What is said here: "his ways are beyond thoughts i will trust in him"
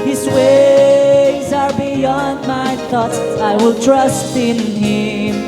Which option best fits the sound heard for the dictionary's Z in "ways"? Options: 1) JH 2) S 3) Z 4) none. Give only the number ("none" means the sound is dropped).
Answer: 3